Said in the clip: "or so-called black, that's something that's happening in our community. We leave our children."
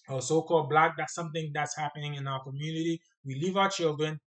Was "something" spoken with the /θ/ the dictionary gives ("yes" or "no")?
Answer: yes